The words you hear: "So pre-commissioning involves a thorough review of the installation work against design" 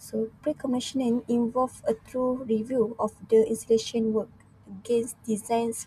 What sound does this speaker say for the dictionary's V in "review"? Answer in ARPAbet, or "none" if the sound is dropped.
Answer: V